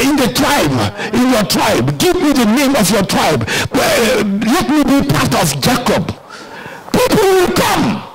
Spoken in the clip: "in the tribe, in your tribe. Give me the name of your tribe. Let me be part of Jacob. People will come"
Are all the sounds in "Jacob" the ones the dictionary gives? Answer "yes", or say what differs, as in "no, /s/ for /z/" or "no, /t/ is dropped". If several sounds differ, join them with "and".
yes